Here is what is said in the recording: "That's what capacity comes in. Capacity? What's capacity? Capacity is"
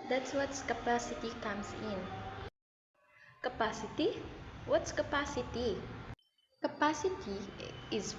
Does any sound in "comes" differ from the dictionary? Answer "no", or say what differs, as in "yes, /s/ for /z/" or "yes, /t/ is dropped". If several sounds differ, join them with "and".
yes, /s/ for /z/